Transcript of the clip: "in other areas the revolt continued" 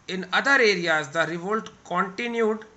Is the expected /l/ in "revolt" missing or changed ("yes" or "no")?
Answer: no